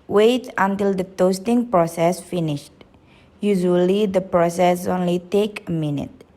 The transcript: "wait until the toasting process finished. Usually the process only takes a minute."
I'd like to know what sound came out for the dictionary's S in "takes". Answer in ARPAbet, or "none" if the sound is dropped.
none